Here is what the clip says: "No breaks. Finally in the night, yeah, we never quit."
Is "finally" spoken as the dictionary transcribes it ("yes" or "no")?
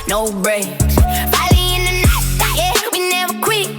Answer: no